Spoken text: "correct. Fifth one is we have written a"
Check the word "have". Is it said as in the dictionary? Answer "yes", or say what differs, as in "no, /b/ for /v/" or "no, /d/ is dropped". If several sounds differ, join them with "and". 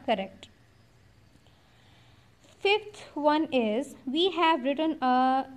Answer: yes